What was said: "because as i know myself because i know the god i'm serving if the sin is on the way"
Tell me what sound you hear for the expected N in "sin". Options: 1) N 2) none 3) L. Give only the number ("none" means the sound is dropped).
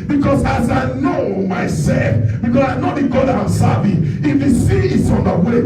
2